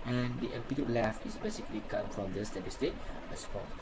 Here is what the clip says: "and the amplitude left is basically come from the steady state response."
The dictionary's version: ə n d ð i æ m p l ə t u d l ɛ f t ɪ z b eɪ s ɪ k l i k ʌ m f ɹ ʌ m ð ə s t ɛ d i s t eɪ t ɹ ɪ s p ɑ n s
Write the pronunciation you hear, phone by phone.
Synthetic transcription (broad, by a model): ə n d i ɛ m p ə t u l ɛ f ɪ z b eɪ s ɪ k l i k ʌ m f ɹ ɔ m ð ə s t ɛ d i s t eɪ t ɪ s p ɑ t